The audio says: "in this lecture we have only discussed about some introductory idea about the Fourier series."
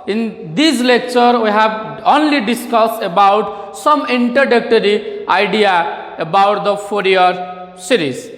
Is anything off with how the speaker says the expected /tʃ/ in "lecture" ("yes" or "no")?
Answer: no